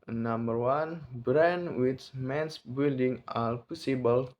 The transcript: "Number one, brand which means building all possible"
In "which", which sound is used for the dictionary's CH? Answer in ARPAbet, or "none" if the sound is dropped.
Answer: S